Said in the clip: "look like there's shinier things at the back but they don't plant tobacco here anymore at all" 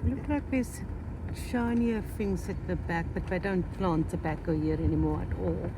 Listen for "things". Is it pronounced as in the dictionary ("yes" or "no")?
no